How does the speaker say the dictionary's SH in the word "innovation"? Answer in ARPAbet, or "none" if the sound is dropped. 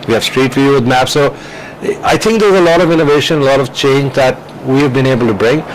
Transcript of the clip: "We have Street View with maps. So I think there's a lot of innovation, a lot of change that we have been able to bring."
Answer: SH